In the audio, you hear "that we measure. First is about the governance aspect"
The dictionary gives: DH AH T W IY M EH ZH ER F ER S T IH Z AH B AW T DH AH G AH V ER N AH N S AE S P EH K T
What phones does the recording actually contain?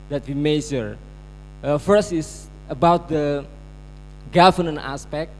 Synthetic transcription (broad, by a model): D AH T W IY M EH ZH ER F ER S T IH S AH B AW T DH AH G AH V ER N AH N AA S P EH K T